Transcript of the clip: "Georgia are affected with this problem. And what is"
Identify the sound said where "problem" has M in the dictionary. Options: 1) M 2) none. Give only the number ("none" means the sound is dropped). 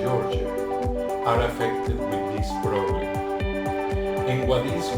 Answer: 2